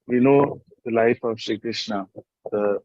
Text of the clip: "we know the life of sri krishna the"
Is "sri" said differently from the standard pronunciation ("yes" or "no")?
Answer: yes